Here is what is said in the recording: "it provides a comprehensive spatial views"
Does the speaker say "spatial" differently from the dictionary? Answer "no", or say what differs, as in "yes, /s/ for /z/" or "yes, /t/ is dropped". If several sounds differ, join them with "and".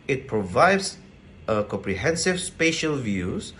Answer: no